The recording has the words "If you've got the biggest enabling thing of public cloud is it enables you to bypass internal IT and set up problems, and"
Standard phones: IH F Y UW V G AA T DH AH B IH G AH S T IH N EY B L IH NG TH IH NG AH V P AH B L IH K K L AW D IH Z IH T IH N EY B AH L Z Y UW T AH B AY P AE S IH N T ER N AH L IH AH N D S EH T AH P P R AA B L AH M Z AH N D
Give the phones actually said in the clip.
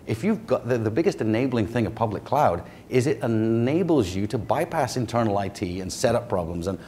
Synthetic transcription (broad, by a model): IH F Y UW V G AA T DH AH B IH G AH S T IH N EY B L IH NG TH IH NG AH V P AH B L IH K K L AW D IH Z IH T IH N EY B L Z Y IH T AH B AY P AE S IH N T ER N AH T IH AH N S EH T AH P P R AA B L AH M Z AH N